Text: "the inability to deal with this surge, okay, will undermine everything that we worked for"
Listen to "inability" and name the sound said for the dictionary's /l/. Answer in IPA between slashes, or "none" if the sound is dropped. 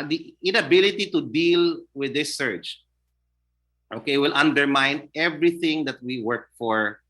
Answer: /l/